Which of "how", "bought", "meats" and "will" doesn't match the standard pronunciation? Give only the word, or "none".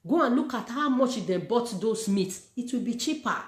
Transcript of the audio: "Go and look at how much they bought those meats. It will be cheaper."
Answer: none